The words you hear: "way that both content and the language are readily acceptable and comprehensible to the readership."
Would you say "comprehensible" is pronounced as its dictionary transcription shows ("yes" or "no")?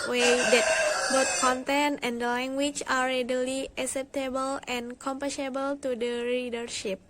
no